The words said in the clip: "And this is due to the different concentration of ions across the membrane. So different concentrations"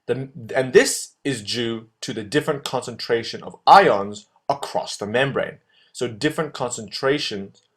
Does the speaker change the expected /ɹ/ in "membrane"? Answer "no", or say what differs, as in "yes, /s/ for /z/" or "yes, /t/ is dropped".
no